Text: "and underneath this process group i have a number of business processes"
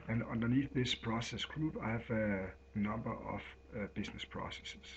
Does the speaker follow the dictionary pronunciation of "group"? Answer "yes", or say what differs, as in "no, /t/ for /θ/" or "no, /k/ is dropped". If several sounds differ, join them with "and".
no, /b/ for /p/